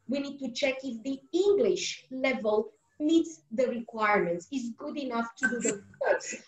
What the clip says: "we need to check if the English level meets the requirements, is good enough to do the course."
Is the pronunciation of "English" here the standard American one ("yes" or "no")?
yes